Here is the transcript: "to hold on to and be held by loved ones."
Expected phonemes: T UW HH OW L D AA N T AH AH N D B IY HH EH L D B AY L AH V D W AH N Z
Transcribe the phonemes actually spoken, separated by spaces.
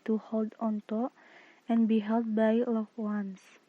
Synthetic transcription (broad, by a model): T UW HH OW L D AA N T AH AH N B IY HH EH L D B AY L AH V W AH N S